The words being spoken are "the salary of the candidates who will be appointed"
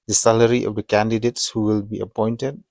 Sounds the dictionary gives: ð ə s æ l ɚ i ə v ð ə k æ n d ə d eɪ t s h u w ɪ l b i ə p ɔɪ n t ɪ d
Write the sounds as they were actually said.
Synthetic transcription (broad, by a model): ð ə s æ l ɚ i ə v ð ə k æ n d ə d eɪ t s h u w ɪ l b i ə p ɔɪ n t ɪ d